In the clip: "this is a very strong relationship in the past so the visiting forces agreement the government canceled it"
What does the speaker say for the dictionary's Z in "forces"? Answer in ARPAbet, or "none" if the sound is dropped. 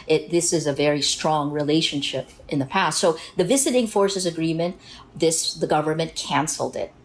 Z